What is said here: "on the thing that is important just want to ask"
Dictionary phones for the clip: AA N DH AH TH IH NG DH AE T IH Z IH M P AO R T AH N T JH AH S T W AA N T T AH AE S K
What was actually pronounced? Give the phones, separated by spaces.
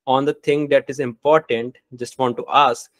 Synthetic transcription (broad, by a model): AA N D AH T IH NG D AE T IH Z IH M P AO R T AH N T JH AH S T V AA N T T AH S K